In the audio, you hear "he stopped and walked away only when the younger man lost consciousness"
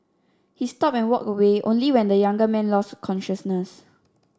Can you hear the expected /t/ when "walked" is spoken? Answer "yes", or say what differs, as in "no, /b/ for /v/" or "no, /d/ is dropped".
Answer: no, /t/ is dropped